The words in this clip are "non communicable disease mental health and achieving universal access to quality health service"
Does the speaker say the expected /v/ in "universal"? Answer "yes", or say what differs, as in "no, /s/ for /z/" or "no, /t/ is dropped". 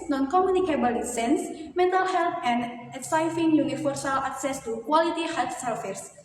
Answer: no, /f/ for /v/